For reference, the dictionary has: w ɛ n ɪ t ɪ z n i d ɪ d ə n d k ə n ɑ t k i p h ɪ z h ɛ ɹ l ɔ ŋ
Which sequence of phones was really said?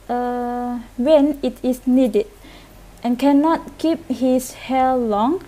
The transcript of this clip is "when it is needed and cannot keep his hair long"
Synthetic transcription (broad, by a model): w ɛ n ɪ t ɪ s n i d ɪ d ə n k ə n ɑ t k i p h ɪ s h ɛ l l ɔ ŋ